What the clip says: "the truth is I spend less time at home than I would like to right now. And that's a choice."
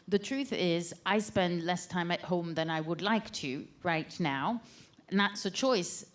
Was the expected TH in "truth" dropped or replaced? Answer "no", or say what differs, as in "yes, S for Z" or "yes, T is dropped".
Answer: no